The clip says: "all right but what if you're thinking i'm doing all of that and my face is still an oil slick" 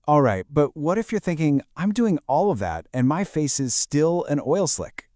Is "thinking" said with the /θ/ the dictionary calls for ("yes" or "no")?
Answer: yes